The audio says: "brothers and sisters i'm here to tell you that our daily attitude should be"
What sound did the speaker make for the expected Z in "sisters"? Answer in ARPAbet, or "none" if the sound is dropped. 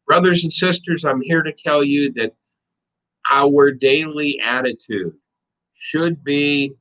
Z